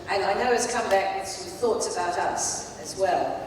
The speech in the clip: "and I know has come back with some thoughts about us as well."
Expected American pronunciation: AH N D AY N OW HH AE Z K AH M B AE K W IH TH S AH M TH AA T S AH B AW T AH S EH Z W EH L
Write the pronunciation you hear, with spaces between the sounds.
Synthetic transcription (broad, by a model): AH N AY N OW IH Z K AH M B AE K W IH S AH TH AA T S AH B AW T AH S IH Z W EH L